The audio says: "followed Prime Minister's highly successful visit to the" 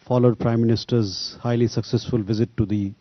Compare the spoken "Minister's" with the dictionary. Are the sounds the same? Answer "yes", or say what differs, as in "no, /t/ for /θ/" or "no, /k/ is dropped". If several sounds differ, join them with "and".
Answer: yes